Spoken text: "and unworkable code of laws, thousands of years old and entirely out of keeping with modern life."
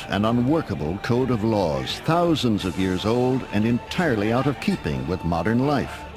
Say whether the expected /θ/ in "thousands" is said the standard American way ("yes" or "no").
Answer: yes